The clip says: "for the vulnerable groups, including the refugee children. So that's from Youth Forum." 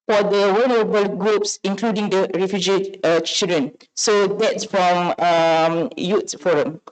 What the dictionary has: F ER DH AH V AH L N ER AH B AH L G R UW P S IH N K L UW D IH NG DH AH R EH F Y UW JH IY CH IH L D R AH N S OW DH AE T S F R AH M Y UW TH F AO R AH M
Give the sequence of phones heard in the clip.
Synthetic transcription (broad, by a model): F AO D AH W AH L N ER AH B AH L G R UW P S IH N K L UW D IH NG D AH R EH F Y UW JH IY CH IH L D R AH N S OW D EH T S F R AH M Y UW T F AO R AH M